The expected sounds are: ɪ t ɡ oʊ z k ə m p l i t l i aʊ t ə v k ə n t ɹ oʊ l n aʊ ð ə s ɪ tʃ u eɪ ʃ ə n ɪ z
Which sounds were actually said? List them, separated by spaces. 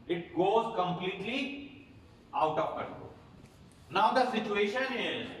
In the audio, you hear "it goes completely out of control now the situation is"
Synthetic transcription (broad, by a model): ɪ t ɡ oʊ z k ə m p l i t l i aʊ t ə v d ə t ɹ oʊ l n aʊ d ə s ɪ tʃ u eɪ ʃ ə n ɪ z